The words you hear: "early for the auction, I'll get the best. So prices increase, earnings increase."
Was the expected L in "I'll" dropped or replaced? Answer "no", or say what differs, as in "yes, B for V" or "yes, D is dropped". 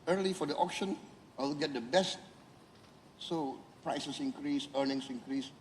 yes, W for L